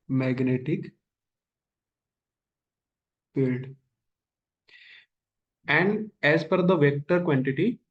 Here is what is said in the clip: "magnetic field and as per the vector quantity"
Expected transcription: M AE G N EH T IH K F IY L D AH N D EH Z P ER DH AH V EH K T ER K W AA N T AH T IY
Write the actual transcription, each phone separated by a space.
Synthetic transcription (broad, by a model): M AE G N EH T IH K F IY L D AH N D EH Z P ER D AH V EH K T ER K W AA N T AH T IY